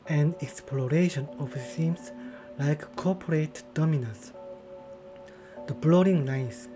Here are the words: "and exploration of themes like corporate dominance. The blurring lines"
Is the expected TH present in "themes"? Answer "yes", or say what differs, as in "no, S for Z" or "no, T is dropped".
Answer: no, S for TH